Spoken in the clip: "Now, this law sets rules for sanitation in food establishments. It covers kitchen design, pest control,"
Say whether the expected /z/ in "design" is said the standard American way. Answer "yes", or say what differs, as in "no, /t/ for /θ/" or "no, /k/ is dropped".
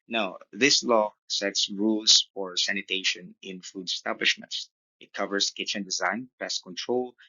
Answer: yes